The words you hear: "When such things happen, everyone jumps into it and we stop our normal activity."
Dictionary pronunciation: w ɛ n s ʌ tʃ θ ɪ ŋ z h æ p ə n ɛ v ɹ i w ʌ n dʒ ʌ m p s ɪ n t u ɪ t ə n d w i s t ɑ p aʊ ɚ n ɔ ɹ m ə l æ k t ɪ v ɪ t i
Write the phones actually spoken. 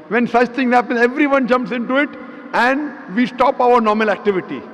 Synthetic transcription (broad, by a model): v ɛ n s ʌ tʃ t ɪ ŋ h æ p ə n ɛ v ɹ i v ʌ n dʒ ʌ m p s ɪ n t u ɪ t ə n d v i s t ɑ p aʊ ɚ n ɔ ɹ m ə l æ k t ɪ v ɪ t i